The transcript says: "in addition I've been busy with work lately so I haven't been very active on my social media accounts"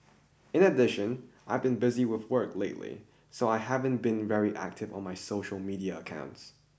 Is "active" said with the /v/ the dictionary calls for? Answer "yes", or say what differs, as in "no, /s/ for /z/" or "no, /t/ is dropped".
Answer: yes